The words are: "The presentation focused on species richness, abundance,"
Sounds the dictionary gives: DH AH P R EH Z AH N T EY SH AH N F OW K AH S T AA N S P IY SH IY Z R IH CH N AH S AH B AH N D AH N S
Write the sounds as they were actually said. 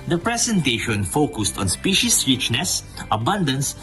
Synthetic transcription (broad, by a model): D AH P R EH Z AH N T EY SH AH N F OW K AH S T AA N S P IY SH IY S R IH CH N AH S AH B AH N D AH N S